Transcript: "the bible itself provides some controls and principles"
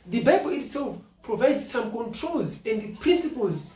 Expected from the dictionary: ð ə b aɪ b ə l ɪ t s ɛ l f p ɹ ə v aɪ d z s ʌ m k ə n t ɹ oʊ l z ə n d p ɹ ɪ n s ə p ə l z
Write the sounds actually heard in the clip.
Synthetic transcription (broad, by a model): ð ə b aɪ b ə l ɪ t s ɛ l f p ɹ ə v aɪ d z s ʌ m k ə n t ɹ oʊ l z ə n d p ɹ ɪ n s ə p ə l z